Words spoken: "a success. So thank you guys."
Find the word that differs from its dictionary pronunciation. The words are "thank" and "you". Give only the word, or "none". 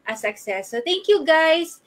thank